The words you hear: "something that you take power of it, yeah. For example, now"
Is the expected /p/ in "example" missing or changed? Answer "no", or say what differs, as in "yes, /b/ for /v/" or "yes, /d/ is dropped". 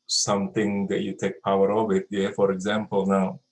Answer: no